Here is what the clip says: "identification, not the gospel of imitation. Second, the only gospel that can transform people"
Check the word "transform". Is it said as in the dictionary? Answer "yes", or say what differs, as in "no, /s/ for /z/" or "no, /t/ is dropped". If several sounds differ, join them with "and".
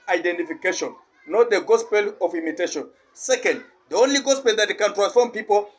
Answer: yes